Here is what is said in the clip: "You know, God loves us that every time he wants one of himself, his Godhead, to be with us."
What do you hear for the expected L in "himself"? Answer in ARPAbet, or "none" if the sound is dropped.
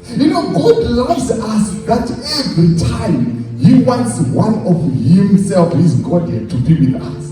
L